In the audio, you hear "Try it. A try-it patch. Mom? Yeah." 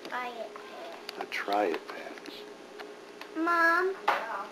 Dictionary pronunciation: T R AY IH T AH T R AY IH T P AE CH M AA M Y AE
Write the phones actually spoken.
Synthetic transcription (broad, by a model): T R AY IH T AH T R AY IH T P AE S M AA M